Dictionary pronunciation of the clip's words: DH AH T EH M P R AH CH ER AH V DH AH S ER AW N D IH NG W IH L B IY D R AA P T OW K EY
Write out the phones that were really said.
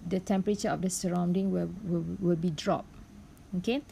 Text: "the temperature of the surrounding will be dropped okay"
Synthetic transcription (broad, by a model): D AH T EH M P R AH CH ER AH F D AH S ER AW N D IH NG W IH L B IY D R AA P OW K EY